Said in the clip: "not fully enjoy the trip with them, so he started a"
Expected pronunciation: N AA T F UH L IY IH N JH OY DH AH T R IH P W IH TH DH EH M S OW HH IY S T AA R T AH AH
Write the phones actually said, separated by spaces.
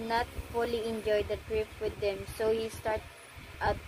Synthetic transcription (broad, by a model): N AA T F UH L IY IH N JH OY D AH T R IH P W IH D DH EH M S OW HH IY S T AA R T AH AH